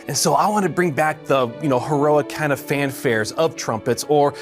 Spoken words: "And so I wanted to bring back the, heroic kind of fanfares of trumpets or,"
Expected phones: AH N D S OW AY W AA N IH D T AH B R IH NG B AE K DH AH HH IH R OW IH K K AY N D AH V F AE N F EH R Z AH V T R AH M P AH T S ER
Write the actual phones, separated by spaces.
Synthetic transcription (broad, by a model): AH N S OW AY W AA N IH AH B R IH NG B AE K DH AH HH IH R OW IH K K AY N D AH V F AE N F EH R Z AH V T R AH M P AH T S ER